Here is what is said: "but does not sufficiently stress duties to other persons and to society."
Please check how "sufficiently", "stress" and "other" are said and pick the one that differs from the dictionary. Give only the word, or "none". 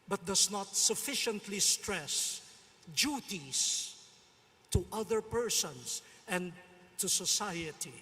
none